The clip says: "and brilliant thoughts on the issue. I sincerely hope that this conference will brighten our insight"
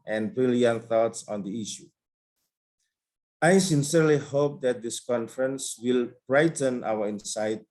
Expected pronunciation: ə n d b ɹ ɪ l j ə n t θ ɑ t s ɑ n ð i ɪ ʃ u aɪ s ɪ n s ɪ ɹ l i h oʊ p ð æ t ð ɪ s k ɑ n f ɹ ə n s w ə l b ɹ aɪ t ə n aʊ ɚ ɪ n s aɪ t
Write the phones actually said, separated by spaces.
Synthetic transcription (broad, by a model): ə n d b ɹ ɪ l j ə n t θ ɑ t s ɑ n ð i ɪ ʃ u aɪ s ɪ n s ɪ ɹ l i h oʊ p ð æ t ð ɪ s k ɑ n f ɹ ə n s w ə l b ɹ aɪ t ə n aʊ ɚ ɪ n s aɪ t